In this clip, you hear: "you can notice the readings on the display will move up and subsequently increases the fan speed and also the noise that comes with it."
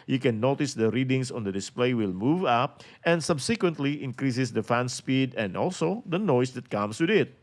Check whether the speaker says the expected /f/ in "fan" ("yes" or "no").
yes